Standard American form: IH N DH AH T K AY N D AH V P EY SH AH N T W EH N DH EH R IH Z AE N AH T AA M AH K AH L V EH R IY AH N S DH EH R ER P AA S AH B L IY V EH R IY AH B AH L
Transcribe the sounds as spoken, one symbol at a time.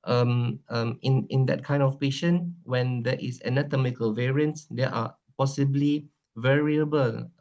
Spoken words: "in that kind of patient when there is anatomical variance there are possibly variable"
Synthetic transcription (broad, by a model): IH N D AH T K AY N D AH F P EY SH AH N W EH N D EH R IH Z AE N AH T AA M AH K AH L V EH R IY AH N S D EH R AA P AA S AH B L IY V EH R IY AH B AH L